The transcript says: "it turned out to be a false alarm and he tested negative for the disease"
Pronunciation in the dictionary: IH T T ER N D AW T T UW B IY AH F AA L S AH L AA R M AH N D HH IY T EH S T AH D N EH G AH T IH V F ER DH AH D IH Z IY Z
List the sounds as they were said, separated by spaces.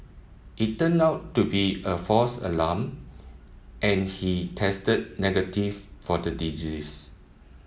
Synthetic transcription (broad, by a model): IH T T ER N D AW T T UW B IY AH F AA S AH L AA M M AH N HH IY T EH S T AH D N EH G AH T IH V F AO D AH D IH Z IY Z